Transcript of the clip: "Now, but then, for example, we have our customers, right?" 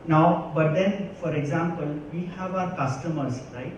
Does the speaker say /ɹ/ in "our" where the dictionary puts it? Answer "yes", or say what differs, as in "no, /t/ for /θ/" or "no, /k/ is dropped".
yes